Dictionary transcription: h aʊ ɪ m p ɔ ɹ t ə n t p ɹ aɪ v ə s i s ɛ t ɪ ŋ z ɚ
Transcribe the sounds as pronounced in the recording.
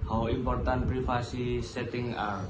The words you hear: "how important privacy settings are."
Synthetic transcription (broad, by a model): h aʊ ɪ m p ɔ ɹ t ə n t p ɹ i f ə s i s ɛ t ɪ ŋ ɑ